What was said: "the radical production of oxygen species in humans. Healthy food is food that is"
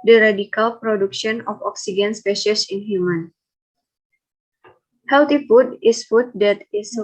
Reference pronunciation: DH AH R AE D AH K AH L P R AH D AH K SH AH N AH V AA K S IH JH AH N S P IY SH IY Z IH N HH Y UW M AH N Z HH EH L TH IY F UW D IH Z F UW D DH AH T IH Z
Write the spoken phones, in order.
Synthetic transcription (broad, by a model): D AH R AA D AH K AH L P R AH D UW K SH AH N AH F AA K S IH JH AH N S P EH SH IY S IH N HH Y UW M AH N HH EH L T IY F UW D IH S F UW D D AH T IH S